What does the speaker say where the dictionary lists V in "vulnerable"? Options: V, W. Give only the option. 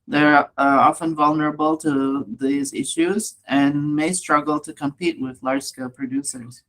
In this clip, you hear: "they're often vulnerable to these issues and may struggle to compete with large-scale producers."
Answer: V